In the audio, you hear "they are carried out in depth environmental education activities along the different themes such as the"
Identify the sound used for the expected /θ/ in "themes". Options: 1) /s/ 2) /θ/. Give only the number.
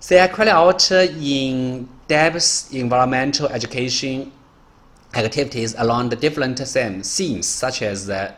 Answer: 1